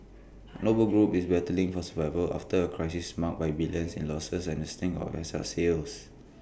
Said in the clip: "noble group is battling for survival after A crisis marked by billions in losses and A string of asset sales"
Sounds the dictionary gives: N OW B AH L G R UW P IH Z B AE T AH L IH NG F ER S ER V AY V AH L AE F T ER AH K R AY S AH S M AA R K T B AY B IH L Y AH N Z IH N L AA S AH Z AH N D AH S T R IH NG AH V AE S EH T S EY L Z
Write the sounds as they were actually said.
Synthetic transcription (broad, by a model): N OW B AH L G R UW P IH S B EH T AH L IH NG F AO S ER V AY V AH L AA F T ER AH K R AY S AH S M AA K B AY B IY L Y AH N S IH N L AA S AH S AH N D AH S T IH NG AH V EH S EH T S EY L S